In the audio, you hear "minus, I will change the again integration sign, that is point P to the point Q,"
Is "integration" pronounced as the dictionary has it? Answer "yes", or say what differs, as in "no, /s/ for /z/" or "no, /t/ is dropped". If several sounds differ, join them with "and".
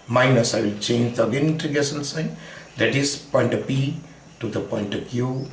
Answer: no, /ɹ/ is dropped and /s/ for /ʃ/